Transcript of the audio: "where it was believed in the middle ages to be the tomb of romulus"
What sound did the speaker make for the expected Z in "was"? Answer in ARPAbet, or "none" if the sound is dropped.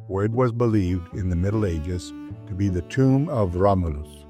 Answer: Z